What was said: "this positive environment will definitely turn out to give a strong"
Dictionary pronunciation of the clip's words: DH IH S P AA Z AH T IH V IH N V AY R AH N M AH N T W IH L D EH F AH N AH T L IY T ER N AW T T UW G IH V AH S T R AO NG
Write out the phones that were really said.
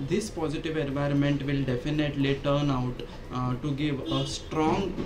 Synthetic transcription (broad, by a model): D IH S P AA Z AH T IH V IH N V AY R AH N M AH N T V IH L D EH F AH N AH T L IY T ER N AW T T UW G IH V AH S T R AO NG